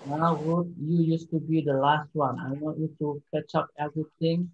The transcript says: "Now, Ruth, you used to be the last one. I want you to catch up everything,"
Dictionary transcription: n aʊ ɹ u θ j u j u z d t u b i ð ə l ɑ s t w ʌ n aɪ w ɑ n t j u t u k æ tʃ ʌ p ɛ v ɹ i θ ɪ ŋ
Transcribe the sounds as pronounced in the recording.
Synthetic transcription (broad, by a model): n aʊ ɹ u t j u j u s t u b i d ə l ɑ s t w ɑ n aɪ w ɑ t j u t u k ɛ tʃ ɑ p ɛ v ɹ i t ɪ ŋ